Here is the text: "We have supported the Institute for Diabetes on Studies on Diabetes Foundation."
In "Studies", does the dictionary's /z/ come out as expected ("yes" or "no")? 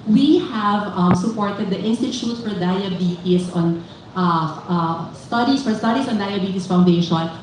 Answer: no